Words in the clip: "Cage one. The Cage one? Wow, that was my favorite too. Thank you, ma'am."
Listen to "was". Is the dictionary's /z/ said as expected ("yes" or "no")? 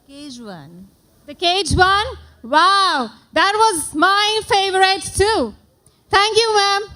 yes